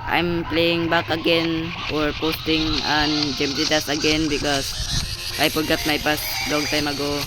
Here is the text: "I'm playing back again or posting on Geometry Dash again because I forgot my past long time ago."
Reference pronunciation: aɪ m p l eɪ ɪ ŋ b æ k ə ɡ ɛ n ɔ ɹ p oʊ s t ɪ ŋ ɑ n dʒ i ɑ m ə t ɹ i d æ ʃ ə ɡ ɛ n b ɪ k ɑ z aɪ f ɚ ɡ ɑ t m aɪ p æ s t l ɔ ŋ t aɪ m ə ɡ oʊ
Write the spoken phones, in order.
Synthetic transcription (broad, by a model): aɪ m p l eɪ ɪ ŋ b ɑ k ə ɡ ɛ n ɔ ɹ p oʊ s t ɪ ŋ ɑ n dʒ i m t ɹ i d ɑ s ə ɡ ɛ n b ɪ k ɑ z aɪ p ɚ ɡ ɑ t m aɪ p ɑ s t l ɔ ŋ t aɪ m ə ɡ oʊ